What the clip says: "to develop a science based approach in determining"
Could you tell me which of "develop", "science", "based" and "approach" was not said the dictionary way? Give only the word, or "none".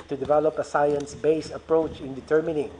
based